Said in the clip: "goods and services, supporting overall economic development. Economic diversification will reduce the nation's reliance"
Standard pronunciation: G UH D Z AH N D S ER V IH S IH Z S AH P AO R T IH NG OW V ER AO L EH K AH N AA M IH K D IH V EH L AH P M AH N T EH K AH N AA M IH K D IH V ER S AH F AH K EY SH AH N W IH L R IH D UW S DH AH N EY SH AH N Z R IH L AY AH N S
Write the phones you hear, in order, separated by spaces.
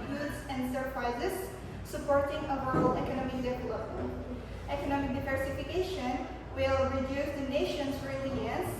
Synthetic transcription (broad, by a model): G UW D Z AH N D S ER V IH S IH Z S AH P AO R T IH NG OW ER L EH K AH N AA M IH K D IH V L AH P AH T EH K AH N AA M IH K D IH V ER S AH F AH K EY SH AH N W IH L R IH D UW S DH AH N EY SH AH N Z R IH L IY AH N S